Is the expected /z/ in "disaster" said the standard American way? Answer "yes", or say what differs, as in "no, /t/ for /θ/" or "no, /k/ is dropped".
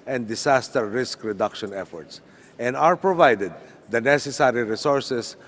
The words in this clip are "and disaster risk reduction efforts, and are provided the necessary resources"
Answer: no, /s/ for /z/